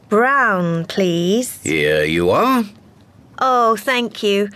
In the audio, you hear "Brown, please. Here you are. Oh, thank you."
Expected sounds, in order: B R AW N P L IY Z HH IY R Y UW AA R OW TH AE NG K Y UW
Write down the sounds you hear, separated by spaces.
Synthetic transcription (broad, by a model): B R AW N P L IY Z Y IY Y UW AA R OW TH AE NG K Y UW